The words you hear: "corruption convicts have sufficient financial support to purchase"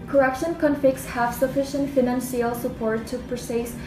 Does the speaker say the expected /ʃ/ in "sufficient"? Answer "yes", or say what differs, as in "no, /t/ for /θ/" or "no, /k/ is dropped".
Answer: yes